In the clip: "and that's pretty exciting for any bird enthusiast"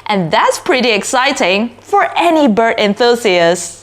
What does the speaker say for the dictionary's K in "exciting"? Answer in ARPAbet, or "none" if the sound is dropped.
K